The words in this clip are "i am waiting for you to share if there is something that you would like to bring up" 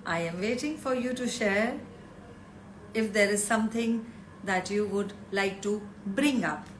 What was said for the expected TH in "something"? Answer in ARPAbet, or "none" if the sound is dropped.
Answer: T